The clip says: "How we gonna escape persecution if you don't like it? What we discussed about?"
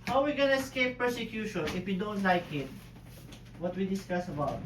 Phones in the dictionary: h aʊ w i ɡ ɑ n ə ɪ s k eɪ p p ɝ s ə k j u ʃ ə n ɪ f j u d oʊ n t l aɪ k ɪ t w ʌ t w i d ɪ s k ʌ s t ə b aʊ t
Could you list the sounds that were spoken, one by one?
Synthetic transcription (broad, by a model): h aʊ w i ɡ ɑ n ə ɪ s k eɪ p p ɝ s ə k j u ʃ ə n ɪ f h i d oʊ n t l aɪ k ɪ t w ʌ t w i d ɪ s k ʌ s ə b aʊ t